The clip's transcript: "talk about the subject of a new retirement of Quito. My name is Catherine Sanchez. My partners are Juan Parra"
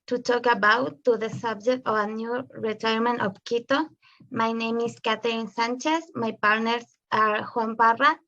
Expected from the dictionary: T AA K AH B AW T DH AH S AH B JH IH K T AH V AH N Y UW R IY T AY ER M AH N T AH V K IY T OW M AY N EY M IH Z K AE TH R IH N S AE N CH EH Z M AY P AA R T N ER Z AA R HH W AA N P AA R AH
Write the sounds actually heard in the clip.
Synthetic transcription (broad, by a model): T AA K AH B AW T DH AH S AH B JH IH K T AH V AH N Y UW R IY T AY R M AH N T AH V K IY T OW M AY N EY M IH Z K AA T R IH N S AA N CH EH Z M AY P AA R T N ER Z AA R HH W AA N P AA R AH